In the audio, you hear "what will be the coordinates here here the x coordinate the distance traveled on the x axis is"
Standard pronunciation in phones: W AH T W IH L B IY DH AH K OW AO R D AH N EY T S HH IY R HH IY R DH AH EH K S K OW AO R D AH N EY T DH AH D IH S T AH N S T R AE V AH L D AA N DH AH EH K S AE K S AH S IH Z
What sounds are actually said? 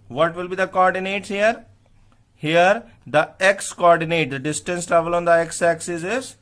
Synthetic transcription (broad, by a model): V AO T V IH L B IY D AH K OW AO R D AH N EY T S HH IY R HH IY R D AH EH K S K OW AO R D AH N EY T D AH D IH S T AH N S T R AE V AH L AA N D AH EH K S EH K S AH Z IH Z